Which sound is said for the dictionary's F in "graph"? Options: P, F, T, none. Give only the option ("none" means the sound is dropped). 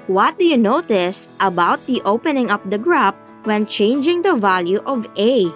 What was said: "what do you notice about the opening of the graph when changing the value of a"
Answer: P